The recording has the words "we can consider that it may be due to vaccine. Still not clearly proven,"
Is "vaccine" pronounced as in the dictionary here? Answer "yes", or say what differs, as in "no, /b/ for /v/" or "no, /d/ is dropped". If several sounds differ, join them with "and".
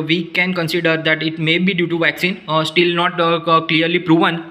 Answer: yes